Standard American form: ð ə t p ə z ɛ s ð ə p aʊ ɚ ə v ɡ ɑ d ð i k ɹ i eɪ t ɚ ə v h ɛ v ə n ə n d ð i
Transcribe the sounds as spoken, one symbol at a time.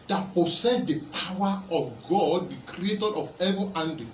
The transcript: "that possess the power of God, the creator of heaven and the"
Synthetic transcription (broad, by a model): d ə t p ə s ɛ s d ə p aʊ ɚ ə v ɡ ɑ d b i k ɹ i eɪ t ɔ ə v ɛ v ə ə n d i